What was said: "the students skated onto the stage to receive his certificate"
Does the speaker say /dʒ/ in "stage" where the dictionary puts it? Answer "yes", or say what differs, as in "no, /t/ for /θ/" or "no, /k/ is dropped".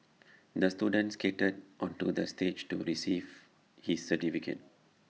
yes